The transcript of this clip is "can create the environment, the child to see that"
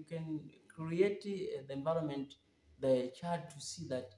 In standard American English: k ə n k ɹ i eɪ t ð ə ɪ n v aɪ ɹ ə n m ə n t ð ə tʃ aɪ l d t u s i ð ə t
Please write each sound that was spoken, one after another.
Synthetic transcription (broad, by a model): k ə n k ɹ i eɪ t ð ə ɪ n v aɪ ɹ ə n m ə n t ð ə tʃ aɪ d t u s i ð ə t